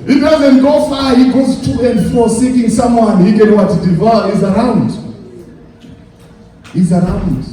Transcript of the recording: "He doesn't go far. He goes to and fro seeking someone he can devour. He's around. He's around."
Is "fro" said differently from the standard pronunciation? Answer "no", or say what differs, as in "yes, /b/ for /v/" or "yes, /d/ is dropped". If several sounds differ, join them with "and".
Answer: yes, /ɹ/ is dropped